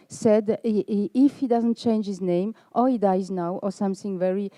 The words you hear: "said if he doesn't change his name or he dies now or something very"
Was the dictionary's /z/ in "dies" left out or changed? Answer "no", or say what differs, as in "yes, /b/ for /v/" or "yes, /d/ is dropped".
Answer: no